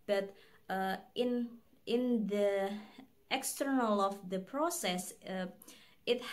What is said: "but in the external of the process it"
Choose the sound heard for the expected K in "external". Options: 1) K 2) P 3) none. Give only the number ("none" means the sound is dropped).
1